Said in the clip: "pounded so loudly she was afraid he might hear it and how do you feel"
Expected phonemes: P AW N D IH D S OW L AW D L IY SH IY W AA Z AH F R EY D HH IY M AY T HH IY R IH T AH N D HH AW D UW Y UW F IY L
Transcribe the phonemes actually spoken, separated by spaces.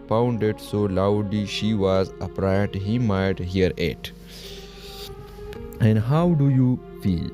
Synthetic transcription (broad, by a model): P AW N D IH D S OW L AW D L IY SH IY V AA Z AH P R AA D HH IY M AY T HH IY R IH T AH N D HH AW D UW Y UW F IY L